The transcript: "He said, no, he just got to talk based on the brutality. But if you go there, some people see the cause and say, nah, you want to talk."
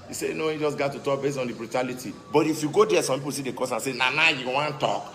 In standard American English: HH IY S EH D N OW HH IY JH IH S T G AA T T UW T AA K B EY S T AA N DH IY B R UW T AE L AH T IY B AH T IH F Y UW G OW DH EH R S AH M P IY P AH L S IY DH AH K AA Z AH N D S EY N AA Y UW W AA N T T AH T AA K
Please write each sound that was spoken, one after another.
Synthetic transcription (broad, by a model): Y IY S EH N OW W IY JH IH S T G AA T T UW T AA K B EY S T AA N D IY B R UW T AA L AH T IY B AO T IH F Y UW G OW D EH S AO M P IY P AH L S IY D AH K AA S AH N S EY N AA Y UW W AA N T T T AA K